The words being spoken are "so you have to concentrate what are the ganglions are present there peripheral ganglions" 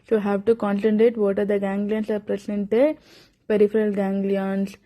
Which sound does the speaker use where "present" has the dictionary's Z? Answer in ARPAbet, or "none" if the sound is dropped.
S